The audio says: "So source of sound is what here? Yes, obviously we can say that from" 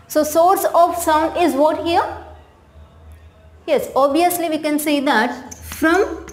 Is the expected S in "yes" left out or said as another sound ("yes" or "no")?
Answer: no